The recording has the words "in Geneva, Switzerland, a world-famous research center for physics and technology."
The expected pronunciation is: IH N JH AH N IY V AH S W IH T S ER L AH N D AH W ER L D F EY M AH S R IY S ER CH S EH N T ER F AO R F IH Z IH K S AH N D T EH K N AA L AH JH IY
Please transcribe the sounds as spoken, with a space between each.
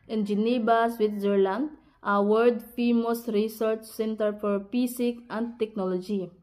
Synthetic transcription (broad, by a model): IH N JH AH N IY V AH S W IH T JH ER L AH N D AH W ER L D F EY M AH S R IY S ER CH S EH N T ER F AO R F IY S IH K AH N D T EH K N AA L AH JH IY